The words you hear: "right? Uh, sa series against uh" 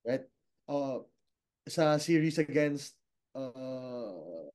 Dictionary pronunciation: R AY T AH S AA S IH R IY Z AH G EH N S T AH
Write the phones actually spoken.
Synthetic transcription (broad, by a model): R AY T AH S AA S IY R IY S AH G EH N S T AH